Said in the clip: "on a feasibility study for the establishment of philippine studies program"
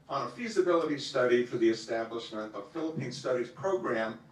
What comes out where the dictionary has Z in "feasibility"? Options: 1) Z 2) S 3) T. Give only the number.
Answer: 1